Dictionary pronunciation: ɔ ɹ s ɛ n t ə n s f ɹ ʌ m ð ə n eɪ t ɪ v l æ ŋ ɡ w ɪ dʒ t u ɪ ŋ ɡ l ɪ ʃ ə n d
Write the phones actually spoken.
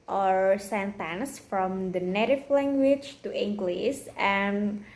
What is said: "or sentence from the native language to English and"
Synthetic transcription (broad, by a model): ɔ ɹ s ɛ n t ə n s f ɹ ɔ m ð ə n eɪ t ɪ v l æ ŋ ɡ w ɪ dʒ t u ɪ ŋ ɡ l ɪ s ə n